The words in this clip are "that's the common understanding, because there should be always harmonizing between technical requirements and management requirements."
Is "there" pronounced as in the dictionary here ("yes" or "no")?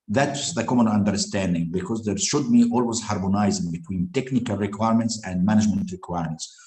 yes